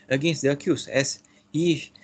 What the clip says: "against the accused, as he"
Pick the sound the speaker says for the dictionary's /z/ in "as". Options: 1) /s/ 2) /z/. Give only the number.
1